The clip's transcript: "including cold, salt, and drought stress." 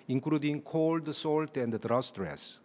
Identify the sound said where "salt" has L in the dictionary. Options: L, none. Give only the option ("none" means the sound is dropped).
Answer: L